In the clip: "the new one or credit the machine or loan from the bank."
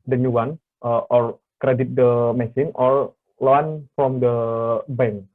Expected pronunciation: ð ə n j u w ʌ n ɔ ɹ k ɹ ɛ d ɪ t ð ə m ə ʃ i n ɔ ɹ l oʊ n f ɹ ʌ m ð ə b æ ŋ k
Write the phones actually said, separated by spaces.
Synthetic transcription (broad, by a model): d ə n j u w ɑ n ɔ ɹ k ɹ ɛ d ɪ t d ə m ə s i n ɔ ɹ l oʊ n f ɹ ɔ m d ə b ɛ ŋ